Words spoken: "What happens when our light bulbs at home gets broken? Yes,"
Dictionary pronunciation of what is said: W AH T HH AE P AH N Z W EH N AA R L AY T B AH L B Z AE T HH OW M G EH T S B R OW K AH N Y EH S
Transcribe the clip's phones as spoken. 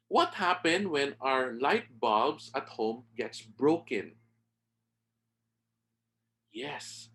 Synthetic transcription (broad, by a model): W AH T HH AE P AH N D W EH N AA R L AY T B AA B S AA T HH OW M G EH T S B R OW K AH N Y EH S